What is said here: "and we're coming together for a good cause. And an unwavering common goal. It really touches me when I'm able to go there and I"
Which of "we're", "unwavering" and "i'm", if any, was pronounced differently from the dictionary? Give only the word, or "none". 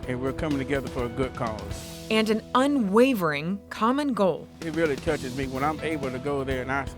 none